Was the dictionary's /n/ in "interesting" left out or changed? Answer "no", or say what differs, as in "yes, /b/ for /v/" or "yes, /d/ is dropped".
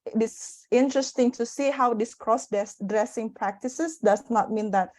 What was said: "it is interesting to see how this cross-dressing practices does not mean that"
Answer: no